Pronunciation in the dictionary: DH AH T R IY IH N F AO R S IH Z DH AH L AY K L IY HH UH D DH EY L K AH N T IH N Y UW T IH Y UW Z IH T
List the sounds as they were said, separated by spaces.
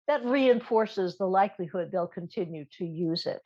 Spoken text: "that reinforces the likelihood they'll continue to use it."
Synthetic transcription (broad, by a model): DH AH T R IY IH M F AO R S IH Z DH AH L AY K L IY HH UH D DH EY L K AH N T IH N Y UW T IH Y UW Z IH T